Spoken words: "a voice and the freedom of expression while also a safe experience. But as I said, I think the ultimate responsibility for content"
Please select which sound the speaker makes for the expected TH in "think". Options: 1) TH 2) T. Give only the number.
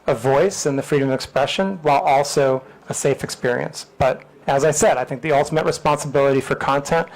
1